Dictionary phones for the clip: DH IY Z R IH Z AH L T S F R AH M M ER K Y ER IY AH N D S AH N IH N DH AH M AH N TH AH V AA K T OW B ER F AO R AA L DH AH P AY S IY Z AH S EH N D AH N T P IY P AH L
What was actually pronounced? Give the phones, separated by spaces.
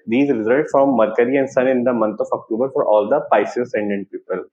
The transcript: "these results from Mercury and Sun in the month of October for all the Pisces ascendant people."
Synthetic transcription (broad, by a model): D IY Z R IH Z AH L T F R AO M M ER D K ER IY AH N D S AH N IH N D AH M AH N T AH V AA K T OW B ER F AO R AA L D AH P AY S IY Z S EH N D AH N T P IY P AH L